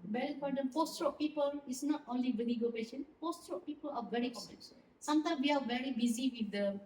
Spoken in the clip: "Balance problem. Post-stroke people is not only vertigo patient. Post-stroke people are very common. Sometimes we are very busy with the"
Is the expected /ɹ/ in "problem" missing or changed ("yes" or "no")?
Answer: yes